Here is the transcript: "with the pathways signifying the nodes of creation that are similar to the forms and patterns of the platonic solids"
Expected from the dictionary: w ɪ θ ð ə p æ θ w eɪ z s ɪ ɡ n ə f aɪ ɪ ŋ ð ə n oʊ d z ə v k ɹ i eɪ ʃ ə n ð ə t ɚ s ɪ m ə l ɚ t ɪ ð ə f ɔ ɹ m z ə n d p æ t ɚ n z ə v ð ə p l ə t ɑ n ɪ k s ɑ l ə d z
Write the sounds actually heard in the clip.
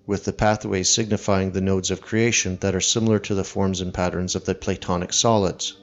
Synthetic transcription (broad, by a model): w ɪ ð ə p æ θ w eɪ z s ɪ ɡ n ə f aɪ ɪ ŋ ð ə n oʊ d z ə v k ɹ i eɪ ʃ ə n ð ə t ɚ s ɪ m l ɚ t ɪ ð ə f ɔ ɹ m z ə n p æ t ɚ n z ə v ð ə p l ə t ɑ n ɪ k s ɑ l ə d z